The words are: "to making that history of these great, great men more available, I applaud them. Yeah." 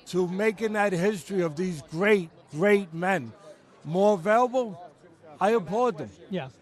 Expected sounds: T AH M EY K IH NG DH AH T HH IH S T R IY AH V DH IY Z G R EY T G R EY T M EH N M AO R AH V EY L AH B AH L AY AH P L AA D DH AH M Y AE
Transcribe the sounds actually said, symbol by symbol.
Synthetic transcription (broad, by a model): T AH M EY K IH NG DH AH T HH IH S T R IY AH V DH IY Z G R EY T G R EY T M EH N M AO R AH V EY L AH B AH L AY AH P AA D DH AH M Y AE